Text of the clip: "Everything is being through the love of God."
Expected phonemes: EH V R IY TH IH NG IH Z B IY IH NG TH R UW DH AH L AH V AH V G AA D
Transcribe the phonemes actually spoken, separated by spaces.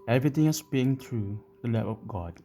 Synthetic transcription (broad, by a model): EH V R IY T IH NG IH S B IY IH NG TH R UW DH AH L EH P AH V G AA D